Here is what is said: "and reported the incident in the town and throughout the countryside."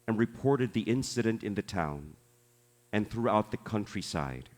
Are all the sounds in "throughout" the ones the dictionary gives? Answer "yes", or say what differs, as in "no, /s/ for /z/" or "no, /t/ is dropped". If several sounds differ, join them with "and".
yes